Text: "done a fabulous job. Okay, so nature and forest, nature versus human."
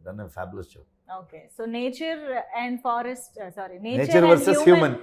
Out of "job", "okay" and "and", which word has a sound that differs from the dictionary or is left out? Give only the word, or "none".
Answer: job